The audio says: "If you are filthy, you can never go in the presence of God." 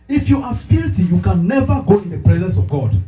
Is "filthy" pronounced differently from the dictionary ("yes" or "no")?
yes